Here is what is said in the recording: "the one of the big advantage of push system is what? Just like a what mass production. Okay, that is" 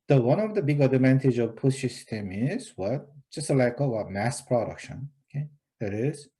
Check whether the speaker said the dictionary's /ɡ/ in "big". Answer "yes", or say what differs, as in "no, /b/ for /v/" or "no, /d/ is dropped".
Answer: yes